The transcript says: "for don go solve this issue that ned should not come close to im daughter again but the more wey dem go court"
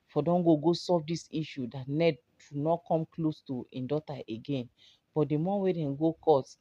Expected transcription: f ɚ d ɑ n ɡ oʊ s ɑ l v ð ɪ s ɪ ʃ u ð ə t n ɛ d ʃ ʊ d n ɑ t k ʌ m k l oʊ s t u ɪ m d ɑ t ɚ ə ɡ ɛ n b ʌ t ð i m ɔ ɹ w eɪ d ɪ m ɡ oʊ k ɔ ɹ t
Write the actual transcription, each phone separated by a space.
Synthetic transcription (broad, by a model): f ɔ d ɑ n ɡ oʊ s ɑ v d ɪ s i ʃ u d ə t n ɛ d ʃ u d n ɑ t k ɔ m k l oʊ s t u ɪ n d ɑ t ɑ ə ɡ ɛ n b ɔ t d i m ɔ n w eɪ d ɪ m ɡ oʊ k ɔ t